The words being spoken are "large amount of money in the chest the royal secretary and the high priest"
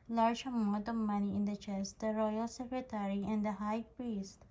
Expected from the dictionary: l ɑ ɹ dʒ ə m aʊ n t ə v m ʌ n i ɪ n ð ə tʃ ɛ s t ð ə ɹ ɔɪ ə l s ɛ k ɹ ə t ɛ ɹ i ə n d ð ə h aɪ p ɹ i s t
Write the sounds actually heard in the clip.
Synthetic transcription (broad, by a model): l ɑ ɹ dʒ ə m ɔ t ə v m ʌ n i ɪ n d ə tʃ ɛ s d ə ɹ ɔɪ ə l s ɛ k ɹ ə t ɛ ɹ i ə n d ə h aɪ p ɹ i s t